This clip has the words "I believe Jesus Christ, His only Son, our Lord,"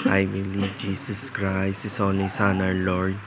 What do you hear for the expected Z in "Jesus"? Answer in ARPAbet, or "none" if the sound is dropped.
S